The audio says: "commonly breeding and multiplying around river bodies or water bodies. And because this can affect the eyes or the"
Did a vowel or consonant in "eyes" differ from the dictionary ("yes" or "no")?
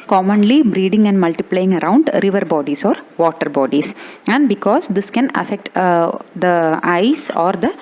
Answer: yes